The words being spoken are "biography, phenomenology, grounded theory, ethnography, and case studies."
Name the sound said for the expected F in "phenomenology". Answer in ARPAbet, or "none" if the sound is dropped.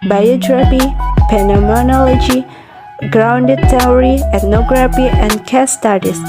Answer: P